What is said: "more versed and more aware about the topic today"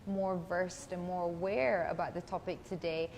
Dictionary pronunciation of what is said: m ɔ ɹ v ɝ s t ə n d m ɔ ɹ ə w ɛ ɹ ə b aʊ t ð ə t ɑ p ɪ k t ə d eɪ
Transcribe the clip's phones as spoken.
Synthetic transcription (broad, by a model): m ɔ ɹ v ɝ s t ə n m ɔ ɹ ə w ɛ ɹ ə b aʊ t ð ə t ɑ p ɪ k t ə d eɪ